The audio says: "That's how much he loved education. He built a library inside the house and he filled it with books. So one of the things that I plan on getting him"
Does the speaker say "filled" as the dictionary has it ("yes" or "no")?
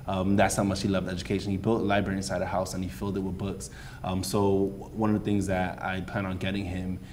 yes